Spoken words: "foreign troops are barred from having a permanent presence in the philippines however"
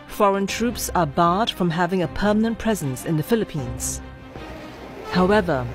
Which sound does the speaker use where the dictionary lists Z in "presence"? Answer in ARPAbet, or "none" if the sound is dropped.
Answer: Z